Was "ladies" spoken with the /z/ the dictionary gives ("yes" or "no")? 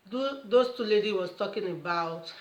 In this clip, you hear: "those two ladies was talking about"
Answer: no